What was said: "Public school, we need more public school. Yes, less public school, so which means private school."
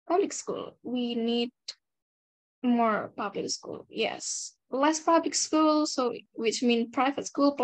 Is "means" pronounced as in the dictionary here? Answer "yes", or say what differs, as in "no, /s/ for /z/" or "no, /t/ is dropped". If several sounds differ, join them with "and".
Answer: no, /z/ is dropped